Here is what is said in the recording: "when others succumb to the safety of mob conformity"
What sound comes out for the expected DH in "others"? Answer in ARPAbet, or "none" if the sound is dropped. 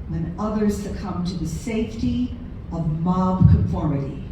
DH